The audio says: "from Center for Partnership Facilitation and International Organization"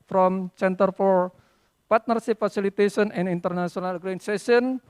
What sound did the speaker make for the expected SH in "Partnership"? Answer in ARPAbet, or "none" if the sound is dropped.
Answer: S